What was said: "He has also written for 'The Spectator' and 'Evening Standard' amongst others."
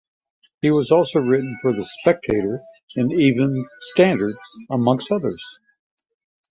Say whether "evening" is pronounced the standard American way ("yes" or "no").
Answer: no